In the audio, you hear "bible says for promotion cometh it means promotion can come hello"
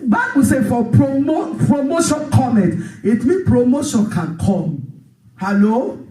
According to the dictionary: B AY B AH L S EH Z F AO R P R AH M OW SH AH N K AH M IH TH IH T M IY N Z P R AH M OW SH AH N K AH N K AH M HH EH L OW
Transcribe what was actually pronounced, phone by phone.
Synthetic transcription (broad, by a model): B AY B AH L S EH F AO R P R AH M OW SH AH N K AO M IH T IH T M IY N P R AH M OW SH AH N K AH N K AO M HH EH L OW